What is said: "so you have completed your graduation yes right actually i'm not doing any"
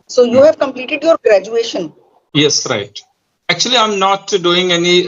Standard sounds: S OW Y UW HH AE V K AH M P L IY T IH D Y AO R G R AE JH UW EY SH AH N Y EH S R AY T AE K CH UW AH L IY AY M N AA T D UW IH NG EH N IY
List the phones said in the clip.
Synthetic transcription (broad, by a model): S OW Y UW HH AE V K AH M P L IY T IH D Y AO R G R AE JH UW EY SH AH N Y EH S R AY T AE K CH UW AH L IY AY M N AA T D UW IH NG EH N IY